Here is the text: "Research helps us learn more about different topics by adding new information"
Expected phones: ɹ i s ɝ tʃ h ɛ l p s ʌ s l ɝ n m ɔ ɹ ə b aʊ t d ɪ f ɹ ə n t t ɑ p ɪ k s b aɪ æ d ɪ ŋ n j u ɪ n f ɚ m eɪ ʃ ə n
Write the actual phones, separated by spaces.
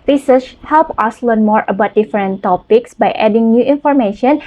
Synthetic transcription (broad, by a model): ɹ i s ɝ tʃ h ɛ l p ʌ s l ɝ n m ɔ ɹ ə b aʊ t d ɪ f ɹ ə n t t ɑ p ɪ k s b aɪ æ d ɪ ŋ n j u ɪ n f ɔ m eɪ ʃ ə n